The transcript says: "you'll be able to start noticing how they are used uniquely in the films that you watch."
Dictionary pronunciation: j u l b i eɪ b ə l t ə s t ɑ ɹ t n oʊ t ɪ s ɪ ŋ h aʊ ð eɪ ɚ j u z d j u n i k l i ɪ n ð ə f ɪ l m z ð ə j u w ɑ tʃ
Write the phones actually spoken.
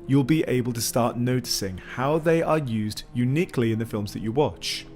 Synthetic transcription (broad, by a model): j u l b i eɪ b ə l t ə s t ɑ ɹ t n oʊ t ɪ s ɪ ŋ h aʊ ð eɪ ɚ j u z d j u n i k l i ɪ n ð ə f ɪ l m z ð ə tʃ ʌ w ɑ tʃ